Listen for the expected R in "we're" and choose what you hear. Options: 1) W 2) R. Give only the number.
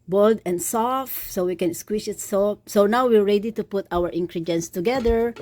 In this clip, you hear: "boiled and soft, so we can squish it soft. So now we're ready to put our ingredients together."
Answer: 2